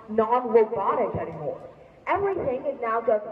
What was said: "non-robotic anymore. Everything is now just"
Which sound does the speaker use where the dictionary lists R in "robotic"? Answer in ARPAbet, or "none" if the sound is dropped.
W